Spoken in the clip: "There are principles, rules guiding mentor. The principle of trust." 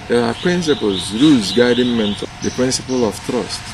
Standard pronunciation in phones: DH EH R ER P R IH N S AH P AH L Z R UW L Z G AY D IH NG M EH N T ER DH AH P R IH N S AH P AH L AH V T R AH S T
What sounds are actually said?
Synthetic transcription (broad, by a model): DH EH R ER P R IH N S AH P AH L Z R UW Z G AY D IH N M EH N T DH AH P R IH N S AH P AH L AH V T R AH S T